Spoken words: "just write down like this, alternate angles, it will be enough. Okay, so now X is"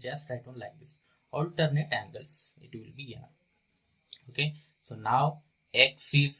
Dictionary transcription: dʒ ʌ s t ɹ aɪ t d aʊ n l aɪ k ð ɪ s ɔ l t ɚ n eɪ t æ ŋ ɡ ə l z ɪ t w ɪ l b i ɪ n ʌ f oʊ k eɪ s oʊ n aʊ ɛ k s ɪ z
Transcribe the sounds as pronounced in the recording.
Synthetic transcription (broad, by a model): dʒ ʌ s t aɪ d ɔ n l aɪ k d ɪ s ɔ l t ɚ n eɪ t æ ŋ ɡ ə l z ɪ t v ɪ l b i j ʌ oʊ k eɪ s oʊ n aʊ ɛ k s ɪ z